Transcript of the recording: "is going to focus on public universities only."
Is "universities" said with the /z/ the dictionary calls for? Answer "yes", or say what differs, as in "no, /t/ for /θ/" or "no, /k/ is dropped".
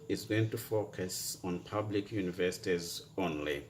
yes